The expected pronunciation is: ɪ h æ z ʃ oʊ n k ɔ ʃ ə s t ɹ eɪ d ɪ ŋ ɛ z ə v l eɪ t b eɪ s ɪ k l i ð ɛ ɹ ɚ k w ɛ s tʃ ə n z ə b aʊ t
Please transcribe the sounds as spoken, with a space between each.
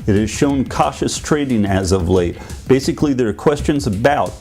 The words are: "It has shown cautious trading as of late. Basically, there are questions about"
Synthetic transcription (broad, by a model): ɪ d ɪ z ʃ oʊ n k ɔ ʃ ə s t ɹ eɪ d ɪ ŋ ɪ z ə v l eɪ t b eɪ s ɪ k l i ð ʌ ɹ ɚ k w ɛ s tʃ ə n z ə b aʊ t